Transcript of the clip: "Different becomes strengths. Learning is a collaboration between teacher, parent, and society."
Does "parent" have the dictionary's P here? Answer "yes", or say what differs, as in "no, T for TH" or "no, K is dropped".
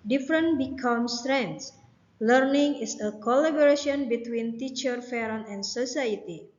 no, F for P